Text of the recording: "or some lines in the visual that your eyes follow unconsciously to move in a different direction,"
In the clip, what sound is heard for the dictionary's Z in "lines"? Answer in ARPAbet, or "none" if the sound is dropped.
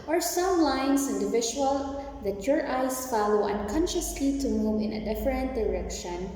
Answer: S